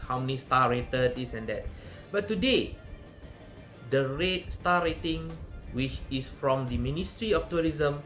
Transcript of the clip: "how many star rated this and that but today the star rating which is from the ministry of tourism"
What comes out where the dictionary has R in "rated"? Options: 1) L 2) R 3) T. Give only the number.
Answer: 2